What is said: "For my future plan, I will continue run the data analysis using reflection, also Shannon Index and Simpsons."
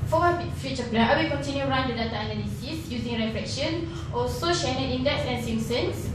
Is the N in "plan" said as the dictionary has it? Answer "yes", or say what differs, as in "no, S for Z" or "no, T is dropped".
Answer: no, N is dropped